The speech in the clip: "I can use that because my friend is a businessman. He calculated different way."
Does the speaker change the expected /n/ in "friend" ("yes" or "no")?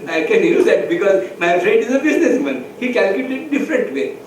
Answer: yes